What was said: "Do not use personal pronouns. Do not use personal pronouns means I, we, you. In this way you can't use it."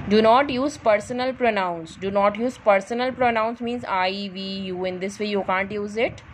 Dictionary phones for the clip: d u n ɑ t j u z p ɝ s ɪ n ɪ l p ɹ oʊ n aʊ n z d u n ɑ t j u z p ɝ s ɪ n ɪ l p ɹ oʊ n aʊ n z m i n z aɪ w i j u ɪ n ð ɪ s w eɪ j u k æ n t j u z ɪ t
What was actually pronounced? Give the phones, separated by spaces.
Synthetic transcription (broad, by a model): d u n ɑ t j u z p ɝ s ɪ n ɪ l p ɹ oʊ n aʊ n s d u n ɑ t j u z p ɝ s ɪ n ɪ l p ɹ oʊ n aʊ n s m i n z aɪ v i j u ɪ n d ɪ s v eɪ j u k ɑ n t j u z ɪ t